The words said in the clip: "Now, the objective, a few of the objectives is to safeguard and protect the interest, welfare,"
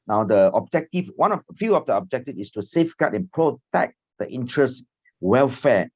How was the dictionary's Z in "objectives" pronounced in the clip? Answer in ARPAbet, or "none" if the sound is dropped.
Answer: none